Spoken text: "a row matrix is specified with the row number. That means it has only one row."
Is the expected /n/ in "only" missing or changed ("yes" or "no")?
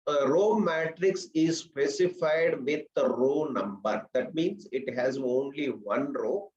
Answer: no